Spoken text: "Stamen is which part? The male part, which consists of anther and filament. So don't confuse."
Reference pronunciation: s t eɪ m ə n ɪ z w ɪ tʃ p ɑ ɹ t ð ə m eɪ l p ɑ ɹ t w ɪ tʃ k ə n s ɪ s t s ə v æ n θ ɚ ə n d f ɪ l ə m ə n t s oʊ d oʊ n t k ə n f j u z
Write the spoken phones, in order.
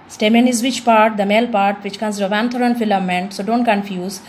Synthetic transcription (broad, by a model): s t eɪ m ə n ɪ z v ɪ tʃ p ɑ ɹ t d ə m eɪ l p ɑ ɹ t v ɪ tʃ k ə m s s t ə v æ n t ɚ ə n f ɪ l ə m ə n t s oʊ d oʊ n t k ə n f j u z